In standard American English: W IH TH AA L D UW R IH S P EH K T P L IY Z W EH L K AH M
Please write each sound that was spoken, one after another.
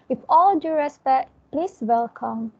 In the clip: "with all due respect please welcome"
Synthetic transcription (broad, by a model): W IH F AA L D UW R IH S B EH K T P L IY S W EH L K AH M